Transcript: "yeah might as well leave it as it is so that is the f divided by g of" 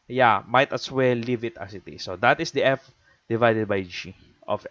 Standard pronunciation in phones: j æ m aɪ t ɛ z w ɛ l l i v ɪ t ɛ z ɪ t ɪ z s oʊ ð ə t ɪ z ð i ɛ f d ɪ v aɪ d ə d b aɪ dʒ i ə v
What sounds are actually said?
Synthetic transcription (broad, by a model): j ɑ m aɪ t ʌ s w ɛ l l i v ɪ t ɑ s ɪ t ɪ s oʊ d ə t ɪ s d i ɛ f d ɪ v aɪ d ə d b aɪ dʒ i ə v